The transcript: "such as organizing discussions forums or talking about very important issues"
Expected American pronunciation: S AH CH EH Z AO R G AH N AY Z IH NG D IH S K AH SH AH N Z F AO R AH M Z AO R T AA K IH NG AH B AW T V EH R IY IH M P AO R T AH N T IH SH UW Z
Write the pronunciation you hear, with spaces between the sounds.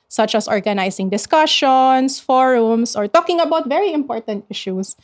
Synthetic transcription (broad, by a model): S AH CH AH S AO R G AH N AY S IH NG D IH S K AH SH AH N S F AO R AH M S AO R T AA K IH NG AH B AW T V EH R IY IH M P AO R T AH N T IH SH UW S